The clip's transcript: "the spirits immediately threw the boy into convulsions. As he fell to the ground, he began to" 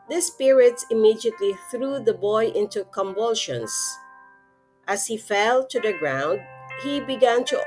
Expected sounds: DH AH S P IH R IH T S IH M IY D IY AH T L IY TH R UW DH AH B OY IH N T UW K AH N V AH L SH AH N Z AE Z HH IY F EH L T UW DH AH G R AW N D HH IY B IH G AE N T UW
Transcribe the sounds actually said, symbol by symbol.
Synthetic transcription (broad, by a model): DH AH S P IH R IH T S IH M IY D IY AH T L IY TH R UW DH AH B OY IH N T UW K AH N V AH L SH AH N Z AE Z HH IY F EH L T UW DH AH G R AW N D HH IY B IH G AE N T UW